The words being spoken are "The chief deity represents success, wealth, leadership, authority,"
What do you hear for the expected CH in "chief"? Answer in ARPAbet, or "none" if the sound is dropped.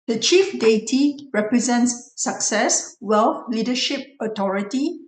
CH